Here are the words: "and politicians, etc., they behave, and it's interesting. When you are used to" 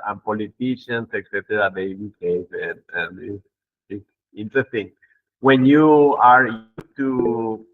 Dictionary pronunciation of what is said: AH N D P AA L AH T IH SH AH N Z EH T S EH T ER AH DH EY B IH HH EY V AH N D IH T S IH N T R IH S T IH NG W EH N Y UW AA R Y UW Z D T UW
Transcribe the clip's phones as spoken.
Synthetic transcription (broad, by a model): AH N P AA L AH T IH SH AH N S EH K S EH T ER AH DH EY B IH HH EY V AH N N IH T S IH N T R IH S T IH NG W EH N Y UW AA R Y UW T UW